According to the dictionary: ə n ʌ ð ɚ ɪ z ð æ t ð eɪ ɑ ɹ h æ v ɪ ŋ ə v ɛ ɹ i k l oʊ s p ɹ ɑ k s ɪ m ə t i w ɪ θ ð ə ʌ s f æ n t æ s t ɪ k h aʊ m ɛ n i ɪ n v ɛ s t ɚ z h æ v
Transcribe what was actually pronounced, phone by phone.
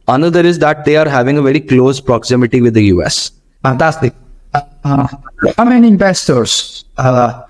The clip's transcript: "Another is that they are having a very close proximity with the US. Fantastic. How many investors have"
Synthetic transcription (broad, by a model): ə n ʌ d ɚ ɪ z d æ t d eɪ ɑ ɹ h æ v ɪ ŋ ə v ɛ ɹ i k l oʊ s p ɹ ɑ k s ɪ m ə t i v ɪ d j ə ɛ s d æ t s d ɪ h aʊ m ɛ n i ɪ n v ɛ s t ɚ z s